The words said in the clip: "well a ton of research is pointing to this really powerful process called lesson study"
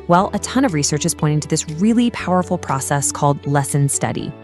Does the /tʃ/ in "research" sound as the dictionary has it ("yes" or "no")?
yes